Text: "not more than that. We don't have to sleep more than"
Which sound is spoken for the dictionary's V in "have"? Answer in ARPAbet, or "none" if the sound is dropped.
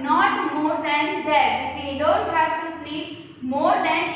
F